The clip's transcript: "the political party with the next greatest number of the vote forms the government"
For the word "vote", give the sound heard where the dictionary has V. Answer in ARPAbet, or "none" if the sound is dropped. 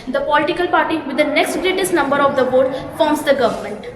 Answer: B